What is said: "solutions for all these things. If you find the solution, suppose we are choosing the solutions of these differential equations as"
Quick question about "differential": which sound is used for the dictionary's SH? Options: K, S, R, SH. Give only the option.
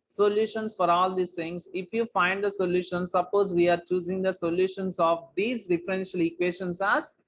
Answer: SH